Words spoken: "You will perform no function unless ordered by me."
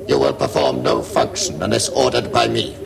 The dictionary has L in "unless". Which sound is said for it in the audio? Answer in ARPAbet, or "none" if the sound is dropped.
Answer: none